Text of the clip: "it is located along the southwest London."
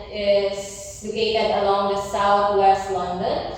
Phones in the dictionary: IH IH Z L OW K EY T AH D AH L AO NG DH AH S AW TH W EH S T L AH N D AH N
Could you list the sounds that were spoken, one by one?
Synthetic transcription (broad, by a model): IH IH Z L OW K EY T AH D AH L AO NG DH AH S AW T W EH S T L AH N D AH N